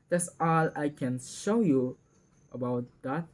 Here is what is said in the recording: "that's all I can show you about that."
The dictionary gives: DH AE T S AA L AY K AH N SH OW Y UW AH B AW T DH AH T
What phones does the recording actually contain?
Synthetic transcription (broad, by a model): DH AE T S AA L AY K AH N SH OW Y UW AH B AW T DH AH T